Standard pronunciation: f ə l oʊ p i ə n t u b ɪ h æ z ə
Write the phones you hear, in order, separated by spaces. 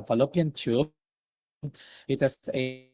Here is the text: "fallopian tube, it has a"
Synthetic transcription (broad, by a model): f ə l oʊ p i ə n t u ɪ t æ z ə